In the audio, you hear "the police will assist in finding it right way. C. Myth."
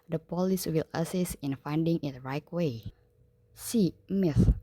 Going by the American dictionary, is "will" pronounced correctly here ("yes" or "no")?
yes